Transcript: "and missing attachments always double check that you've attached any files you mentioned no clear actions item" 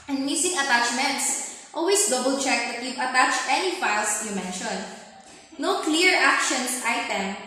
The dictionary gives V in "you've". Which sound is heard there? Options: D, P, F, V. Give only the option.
P